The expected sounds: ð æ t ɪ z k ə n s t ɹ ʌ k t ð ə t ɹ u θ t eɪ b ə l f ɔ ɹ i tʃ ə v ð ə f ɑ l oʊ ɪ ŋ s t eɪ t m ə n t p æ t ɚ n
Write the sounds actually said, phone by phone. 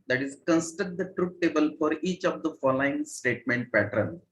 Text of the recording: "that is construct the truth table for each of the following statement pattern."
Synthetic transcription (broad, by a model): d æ t ɪ z k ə n s t ʌ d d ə t ɹ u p t eɪ b ə l f ɔ ɹ i tʃ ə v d ə f ɑ l oʊ ɪ ŋ s t eɪ t m ə n t p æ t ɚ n